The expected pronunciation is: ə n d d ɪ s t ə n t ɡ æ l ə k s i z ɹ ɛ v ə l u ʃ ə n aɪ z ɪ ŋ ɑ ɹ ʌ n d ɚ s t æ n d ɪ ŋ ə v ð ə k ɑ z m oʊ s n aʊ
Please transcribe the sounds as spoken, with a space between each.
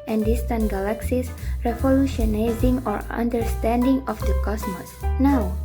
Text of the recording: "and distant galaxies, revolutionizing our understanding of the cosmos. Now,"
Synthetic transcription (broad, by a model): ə n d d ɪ s t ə n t ɡ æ l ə k s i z ɹ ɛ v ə l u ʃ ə n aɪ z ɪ ŋ ɑ ɹ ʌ n d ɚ s t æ n d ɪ ŋ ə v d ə k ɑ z m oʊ s n aʊ